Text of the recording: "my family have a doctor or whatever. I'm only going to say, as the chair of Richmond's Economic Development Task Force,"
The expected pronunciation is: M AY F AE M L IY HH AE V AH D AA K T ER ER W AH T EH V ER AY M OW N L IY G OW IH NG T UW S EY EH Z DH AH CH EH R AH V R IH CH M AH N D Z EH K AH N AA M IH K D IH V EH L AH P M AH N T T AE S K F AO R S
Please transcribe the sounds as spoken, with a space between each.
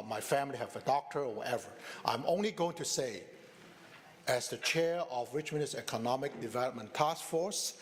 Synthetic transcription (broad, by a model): M AY F AE M L IY HH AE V AH D AA K T ER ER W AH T EH V ER AY M OW N L IY G OW IH NG T UW S EY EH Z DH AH CH EH R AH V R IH CH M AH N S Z EH K AH N AA M IH K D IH V EH L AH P M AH N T T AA S K F AO R S